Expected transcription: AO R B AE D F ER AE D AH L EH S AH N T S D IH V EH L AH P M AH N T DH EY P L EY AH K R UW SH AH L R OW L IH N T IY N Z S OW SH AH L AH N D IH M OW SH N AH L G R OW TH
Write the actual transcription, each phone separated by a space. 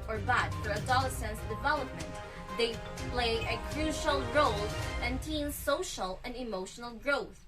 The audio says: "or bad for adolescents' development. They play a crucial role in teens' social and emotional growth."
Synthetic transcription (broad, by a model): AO R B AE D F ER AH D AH L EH S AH N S D IH V EH L AH P M AH N T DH EY P L EY AH K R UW SH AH L R OW L IH N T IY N S OW SH AH L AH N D IH M OW SH N AH L G R OW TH